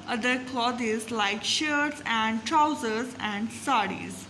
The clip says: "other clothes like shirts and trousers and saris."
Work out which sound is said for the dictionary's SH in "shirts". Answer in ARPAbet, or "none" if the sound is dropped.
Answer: SH